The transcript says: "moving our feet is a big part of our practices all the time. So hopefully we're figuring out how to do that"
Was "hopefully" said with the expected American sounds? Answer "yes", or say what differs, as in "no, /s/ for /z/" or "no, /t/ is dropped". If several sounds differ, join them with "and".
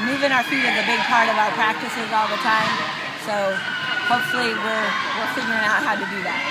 no, /w/ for /l/